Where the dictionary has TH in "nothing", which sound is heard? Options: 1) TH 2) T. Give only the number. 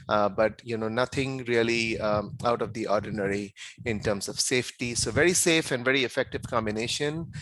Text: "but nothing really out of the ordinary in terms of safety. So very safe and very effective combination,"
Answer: 2